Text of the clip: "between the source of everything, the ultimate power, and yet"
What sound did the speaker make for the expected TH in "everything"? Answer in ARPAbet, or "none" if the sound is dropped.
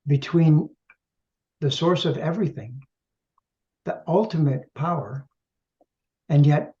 TH